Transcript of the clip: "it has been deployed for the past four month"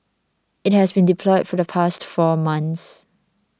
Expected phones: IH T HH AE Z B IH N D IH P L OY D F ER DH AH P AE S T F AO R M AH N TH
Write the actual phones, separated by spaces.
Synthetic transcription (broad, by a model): IH T HH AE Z B IH N D IH P L OY D F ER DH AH P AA S T F AO M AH N S